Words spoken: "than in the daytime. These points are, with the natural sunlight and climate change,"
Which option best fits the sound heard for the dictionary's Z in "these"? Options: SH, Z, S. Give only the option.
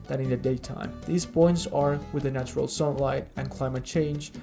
Z